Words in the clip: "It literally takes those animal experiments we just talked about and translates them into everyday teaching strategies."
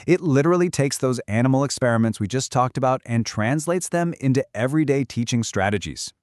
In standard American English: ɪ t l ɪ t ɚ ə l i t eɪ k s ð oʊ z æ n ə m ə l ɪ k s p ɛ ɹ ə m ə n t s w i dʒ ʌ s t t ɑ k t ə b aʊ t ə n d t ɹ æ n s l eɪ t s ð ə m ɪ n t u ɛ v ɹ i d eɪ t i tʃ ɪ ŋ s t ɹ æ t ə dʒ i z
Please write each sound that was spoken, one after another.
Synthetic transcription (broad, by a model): ɪ t l ɪ t ɚ l i t eɪ k s ð oʊ z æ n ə m l ɪ k s p ɛ ɹ ə m ə n t s w i dʒ ʌ s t t ɑ k t ə b aʊ t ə n t ɹ æ n s l eɪ t s ð ə m ɪ n t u ɛ v ɹ i d eɪ t i tʃ ɪ ŋ s t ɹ æ t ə dʒ i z